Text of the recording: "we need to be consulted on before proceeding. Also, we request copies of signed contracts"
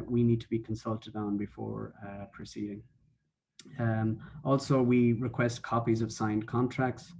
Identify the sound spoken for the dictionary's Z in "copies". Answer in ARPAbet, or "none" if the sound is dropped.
Z